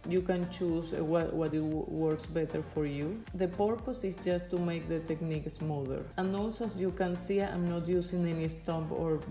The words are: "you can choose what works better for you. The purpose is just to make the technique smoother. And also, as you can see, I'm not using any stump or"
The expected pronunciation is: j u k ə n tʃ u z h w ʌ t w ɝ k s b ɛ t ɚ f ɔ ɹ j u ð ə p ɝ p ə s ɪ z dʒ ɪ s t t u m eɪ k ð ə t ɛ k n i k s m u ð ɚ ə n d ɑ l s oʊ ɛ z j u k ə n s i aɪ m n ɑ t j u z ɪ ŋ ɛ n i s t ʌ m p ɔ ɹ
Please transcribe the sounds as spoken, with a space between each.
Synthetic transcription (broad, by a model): j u k ə n tʃ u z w w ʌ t w ɝ k s b ɛ t ɚ f ɔ ɹ j u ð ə p ɝ p ə s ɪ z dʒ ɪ s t t u m eɪ k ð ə t ɛ k n i k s m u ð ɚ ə n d ɑ l s oʊ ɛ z j u k ə n s i aɪ m n ɑ t j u s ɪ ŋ ɛ n i s t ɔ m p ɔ ɹ